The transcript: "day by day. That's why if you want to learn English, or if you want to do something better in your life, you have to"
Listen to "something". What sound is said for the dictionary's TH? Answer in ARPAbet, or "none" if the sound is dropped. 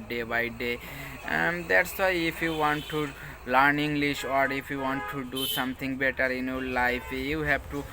T